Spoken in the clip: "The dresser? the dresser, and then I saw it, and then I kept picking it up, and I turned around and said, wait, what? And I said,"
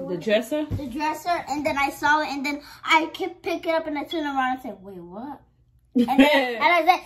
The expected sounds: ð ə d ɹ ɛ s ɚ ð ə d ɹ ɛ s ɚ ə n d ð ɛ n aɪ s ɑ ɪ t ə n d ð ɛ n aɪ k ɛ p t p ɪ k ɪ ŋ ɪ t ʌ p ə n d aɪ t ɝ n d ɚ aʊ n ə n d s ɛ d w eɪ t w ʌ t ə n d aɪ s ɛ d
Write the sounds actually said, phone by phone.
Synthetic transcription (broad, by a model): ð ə d ɹ ɛ s ɚ ð ə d ɹ ɛ s ɚ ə n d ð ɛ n aɪ s ɑ ɪ t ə n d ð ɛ n aɪ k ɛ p p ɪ k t ɪ t ʌ p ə n aɪ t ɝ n ɚ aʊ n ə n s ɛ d w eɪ w ʌ t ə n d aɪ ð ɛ